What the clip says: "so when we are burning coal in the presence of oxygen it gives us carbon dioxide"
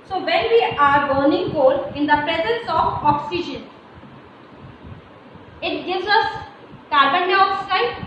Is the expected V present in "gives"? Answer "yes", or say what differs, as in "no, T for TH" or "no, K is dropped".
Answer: yes